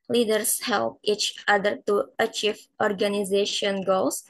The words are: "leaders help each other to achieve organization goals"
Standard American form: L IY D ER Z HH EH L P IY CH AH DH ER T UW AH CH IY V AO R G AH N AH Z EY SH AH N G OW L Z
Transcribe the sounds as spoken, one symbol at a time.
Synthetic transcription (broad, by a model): L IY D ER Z HH EH L P IY CH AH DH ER T UW AH CH IY V AO R G AH N AH Z EY SH AH N G OW L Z